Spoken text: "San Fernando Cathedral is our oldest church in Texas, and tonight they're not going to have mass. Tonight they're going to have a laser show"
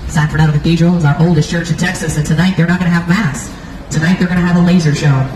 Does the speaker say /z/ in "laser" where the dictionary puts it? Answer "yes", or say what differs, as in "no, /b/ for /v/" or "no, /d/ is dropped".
yes